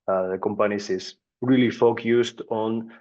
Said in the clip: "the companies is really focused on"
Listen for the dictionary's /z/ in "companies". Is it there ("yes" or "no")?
no